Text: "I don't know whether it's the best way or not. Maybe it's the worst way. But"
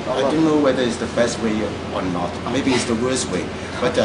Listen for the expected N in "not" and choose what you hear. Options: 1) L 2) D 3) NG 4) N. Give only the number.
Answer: 4